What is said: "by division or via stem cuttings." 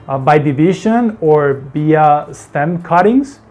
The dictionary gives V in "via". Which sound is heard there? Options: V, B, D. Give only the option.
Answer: B